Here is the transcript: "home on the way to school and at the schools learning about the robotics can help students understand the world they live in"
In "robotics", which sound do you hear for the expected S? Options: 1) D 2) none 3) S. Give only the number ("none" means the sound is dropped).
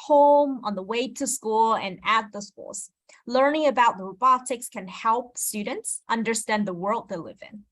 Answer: 3